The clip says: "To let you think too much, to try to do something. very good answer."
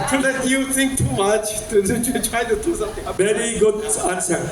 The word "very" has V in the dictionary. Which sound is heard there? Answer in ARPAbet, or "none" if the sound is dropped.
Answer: B